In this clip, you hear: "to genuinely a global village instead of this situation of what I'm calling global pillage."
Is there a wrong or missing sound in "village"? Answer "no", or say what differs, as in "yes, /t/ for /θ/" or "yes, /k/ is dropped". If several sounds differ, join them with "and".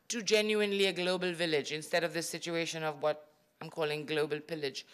no